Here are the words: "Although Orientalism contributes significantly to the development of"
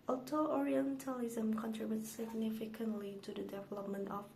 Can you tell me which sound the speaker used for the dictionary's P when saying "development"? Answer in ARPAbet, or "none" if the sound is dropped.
P